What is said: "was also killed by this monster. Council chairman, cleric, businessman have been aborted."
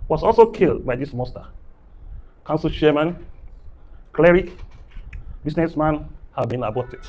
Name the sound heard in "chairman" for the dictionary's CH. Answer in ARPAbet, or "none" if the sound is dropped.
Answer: SH